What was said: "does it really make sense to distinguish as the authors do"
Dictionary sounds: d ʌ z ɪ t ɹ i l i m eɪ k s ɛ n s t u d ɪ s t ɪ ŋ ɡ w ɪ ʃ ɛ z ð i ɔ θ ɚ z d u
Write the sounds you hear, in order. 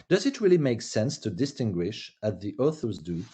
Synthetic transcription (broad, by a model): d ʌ z ɪ t ɹ i l i m eɪ k s ɛ n s t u d ɪ s t ɪ ŋ ɡ w ɪ ʃ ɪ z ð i ɔ θ ɚ z d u